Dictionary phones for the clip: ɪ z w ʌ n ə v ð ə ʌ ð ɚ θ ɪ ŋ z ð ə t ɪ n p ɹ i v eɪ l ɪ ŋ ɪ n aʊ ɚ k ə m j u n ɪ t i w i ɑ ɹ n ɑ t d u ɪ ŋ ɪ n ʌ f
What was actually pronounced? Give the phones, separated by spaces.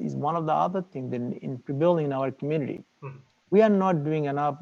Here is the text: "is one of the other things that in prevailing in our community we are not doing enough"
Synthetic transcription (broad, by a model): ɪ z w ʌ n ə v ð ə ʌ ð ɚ t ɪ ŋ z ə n ɪ n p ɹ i b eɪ l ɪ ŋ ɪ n aʊ ɚ k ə m j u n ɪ t i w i ɑ ɹ n ɑ t d u ɪ ŋ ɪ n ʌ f